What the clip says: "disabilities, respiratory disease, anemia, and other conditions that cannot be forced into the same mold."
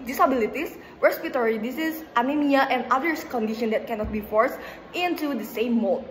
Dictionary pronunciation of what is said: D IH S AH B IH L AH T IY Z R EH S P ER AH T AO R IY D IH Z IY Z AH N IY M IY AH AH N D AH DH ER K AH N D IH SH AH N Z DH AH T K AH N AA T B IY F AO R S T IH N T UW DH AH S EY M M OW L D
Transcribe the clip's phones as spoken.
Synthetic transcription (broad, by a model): D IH S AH B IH L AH T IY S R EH S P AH T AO R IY D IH S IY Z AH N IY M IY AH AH N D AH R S K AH N D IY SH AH N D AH T K AH N AA T B IY F AO R S T IH N T UW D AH S EY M M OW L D